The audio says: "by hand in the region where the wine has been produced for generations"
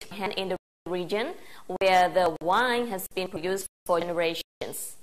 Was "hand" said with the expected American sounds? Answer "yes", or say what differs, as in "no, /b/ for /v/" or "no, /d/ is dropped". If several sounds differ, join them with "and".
no, /d/ is dropped